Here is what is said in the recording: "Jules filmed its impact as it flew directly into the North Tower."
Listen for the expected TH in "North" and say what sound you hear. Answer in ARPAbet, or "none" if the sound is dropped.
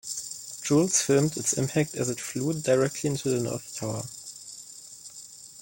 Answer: TH